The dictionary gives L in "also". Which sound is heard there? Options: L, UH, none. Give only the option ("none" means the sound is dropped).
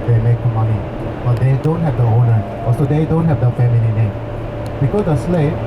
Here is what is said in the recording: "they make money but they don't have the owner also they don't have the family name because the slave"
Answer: none